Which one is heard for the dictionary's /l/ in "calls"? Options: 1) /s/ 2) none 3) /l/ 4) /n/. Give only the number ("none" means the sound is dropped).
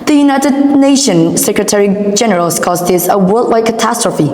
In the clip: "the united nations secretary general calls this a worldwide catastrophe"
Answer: 2